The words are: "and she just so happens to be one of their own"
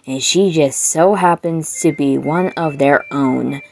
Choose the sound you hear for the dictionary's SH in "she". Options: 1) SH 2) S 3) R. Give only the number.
1